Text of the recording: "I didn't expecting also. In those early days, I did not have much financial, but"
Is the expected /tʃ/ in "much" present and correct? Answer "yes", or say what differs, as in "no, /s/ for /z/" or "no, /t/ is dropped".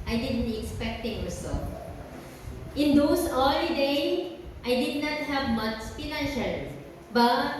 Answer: no, /s/ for /tʃ/